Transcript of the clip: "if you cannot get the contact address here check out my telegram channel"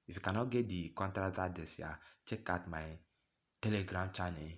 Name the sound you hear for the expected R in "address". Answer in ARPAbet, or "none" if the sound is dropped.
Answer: none